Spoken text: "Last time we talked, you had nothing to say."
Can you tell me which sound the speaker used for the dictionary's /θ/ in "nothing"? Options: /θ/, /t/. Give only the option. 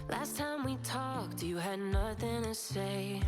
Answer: /θ/